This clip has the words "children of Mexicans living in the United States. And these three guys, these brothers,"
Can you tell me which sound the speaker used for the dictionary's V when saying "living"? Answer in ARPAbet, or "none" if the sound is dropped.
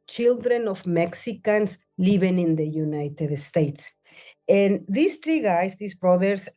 B